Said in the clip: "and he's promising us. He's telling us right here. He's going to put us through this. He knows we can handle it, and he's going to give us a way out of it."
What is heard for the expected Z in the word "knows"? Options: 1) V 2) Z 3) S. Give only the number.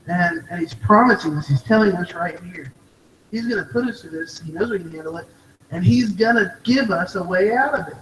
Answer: 2